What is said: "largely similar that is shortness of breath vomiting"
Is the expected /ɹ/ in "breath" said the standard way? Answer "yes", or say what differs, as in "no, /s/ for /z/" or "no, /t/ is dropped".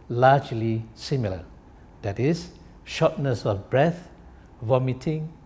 yes